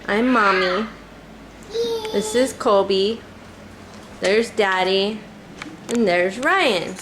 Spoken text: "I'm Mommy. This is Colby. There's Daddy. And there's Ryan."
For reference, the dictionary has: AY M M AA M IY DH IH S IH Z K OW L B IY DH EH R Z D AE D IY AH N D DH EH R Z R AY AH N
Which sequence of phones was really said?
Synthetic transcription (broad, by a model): AY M M AA M IY DH IH S IH Z K OW B IY DH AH R Z D AE D IY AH N DH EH R Z R AY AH N